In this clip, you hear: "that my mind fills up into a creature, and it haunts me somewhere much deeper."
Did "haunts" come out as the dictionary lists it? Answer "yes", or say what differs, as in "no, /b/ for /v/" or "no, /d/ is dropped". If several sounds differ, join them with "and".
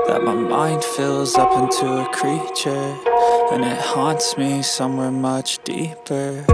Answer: yes